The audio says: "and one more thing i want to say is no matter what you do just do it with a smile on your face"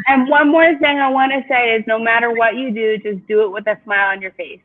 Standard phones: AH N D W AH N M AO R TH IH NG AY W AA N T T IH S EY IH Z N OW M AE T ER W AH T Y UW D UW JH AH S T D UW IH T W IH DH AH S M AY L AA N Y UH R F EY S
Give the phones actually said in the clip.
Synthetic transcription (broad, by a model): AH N W AH N M AO R TH IH NG AY W AA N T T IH S EY IH Z N OW M AE T ER W AH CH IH D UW JH AH S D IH IH T W IH DH AH S M AY L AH N Y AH R F EY S